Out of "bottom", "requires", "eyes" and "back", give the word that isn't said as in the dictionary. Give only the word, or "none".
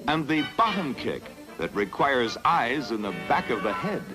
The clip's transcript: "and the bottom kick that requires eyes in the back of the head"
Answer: none